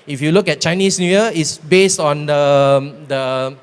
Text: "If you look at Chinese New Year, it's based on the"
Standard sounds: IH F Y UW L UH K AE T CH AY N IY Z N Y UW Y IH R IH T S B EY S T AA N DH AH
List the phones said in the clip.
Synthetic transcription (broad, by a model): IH F Y UW L UH K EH T CH AY N IY S N Y UW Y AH IH T S B EY S T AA N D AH